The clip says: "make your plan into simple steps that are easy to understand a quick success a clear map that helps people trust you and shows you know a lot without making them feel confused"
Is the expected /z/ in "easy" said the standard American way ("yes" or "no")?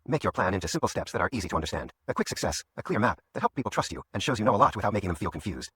yes